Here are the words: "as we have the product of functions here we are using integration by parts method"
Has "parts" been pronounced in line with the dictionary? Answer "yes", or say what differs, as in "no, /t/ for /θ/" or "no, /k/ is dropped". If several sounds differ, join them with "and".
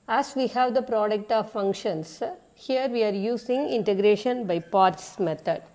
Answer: yes